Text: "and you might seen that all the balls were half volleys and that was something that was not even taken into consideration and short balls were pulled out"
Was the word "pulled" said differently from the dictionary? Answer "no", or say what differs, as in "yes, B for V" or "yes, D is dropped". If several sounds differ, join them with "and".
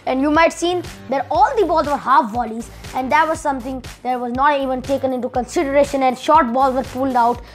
no